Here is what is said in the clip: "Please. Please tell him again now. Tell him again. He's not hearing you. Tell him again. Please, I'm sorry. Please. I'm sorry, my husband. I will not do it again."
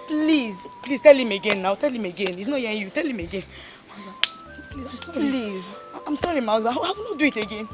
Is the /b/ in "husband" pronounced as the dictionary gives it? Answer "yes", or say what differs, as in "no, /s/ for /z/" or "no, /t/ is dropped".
no, /b/ is dropped